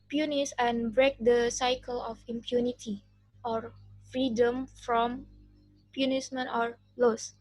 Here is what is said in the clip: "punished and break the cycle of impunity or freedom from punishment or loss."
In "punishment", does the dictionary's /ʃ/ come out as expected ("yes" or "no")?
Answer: no